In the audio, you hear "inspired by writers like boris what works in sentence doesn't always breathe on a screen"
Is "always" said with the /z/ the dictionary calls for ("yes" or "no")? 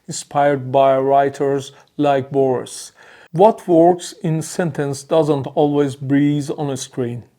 yes